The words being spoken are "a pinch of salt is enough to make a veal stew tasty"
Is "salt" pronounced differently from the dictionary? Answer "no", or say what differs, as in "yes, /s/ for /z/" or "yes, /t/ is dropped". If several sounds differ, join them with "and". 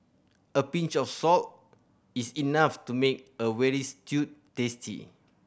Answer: no